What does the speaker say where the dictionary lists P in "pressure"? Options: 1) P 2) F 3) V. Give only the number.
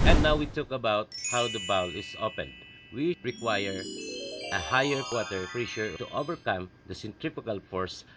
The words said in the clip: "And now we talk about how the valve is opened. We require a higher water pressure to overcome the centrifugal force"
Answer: 2